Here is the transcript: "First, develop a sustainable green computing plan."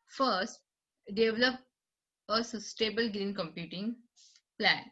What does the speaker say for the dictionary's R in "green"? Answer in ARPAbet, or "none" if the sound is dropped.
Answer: R